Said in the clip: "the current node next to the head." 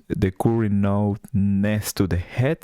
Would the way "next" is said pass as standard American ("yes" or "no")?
no